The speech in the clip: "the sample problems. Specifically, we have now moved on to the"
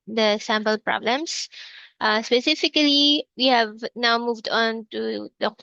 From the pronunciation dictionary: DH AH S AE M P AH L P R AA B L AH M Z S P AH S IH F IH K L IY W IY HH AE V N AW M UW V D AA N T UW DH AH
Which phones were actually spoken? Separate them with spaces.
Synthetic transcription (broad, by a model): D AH S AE M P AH L P R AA B L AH M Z S P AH S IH F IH K L IY W IY HH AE V N AW M UW V D AA N T UW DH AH